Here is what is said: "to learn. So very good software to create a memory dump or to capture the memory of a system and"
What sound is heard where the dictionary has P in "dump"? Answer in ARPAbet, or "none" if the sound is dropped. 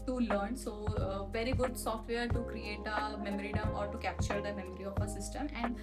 none